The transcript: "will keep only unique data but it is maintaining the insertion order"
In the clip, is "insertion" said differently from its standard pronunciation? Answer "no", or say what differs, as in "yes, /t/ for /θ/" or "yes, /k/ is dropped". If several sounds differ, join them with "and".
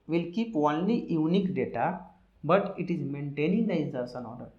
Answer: yes, /s/ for /ʃ/